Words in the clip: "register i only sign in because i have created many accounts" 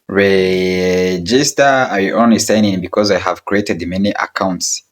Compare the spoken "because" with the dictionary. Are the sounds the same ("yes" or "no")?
yes